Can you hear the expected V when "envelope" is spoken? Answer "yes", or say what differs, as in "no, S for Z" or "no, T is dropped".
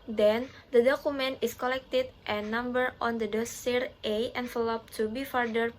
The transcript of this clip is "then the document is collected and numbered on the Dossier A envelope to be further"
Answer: no, F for V